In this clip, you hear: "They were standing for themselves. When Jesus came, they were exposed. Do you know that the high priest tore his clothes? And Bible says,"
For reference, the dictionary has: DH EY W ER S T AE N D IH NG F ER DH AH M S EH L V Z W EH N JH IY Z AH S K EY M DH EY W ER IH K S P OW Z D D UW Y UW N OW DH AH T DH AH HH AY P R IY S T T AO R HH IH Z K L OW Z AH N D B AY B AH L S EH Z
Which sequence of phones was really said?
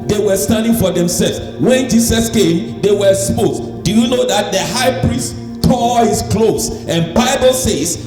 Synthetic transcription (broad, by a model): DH EY W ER S T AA N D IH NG F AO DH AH M S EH L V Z W EH N JH IY S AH S K EY M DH EY W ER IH S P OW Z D D UW Y UW N OW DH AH T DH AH HH AY P R IY S T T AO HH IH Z K L OW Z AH N B AY B AH L S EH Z